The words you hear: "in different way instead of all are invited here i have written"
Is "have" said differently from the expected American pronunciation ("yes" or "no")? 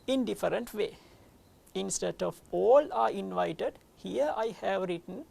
no